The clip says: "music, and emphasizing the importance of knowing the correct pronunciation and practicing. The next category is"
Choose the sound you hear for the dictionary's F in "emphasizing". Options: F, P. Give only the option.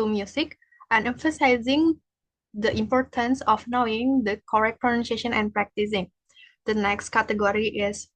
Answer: F